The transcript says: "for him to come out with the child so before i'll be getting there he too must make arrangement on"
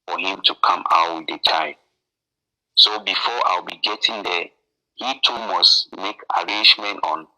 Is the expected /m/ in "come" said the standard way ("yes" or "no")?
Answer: yes